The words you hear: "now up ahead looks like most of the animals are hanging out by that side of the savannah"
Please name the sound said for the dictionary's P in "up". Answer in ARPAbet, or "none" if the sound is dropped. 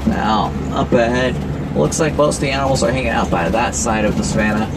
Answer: P